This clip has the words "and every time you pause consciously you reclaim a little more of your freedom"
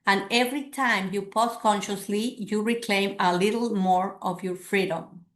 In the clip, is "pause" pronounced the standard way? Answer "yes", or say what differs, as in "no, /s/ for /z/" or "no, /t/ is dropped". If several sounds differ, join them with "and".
no, /s/ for /z/